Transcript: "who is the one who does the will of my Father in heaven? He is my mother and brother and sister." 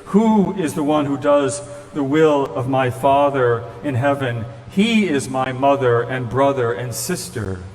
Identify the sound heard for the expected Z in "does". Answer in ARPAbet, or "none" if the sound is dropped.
Z